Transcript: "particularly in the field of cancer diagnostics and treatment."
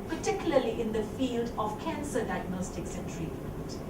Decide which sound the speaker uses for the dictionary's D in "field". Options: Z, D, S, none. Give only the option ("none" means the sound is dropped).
D